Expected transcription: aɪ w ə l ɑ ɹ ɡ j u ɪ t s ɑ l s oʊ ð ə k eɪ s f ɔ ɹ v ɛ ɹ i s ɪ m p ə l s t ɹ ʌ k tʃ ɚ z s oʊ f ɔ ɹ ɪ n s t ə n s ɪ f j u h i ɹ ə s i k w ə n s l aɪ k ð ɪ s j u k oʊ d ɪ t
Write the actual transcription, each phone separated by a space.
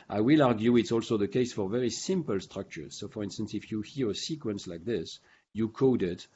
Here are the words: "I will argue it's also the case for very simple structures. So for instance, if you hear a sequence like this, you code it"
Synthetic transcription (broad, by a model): aɪ w ə l ɑ ɹ ɡ j u ɪ t s ɑ l s oʊ ð ə k eɪ s f ɔ ɹ v ɛ ɹ i s ɪ m p ə l s t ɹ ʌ k tʃ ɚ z s oʊ f ɔ ɹ ɪ n s t ə n s ɪ f j u h i ɹ ə s i k w ə n s l aɪ k ð ɪ s j u k oʊ d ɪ t